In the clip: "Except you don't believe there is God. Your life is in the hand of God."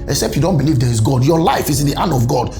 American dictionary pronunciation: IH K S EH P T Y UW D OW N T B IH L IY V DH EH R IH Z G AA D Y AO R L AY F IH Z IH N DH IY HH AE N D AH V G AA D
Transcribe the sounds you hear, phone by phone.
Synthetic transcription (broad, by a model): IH K S EH P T Y UW D OW N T B IH L IY V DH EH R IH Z G AA D Y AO L AY F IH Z IH N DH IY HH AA N AH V G AA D